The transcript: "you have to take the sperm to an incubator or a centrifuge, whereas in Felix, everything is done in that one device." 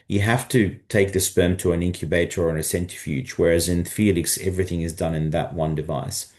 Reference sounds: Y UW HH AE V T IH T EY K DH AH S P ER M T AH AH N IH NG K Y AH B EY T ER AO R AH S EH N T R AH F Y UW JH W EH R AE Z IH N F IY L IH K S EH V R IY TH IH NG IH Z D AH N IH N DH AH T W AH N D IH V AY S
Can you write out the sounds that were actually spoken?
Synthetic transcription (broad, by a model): Y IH HH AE F T IH T EY K DH AH S P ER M T AH AH N IH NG K Y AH B EY T ER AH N AH S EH N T AH F Y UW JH W EH R AE Z IH N F IY L IH K S EH V R IY TH IH NG IH Z D AH N IH N DH AH T W AH N D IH V AY S